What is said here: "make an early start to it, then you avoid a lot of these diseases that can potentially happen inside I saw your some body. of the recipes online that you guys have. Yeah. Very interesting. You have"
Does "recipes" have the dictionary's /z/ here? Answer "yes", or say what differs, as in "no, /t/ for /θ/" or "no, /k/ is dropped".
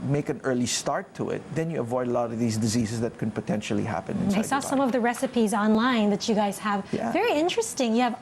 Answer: yes